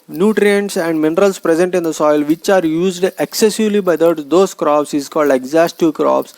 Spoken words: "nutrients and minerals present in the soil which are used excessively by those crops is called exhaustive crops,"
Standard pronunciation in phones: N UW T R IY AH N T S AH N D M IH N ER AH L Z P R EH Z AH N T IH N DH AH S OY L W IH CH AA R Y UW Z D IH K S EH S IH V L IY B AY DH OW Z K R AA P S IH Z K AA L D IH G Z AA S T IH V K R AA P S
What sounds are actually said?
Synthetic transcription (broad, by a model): N UW T R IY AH N T S AH N D M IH N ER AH L S P R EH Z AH N T IH N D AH S OY L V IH CH AA R Y UW Z D IH K S EH S IH V L IY B AY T OW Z K R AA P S IH Z K AA L D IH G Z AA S T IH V K R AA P S